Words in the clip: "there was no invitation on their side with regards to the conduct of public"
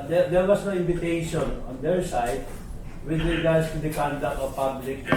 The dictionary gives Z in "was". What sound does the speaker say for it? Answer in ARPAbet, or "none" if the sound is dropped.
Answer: S